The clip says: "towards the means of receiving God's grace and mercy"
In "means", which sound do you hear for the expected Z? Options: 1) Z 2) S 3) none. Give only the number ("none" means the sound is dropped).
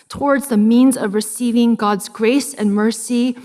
1